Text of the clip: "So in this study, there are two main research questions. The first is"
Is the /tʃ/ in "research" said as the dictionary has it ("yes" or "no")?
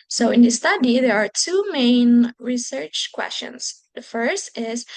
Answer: yes